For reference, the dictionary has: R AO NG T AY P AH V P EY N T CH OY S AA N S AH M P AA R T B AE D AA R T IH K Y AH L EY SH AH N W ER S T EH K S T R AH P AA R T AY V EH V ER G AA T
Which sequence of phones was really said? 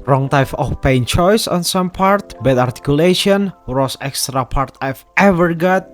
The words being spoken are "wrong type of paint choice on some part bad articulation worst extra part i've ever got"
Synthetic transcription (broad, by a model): R AO NG T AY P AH F P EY N CH OY S AA N S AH M P AA R T B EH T AA R T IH K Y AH L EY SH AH N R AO S EH K S T R AH P AA R T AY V EH V ER G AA T